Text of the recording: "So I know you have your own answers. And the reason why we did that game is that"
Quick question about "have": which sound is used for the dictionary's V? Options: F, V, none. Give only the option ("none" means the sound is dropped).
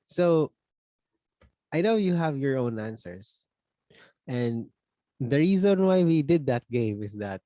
V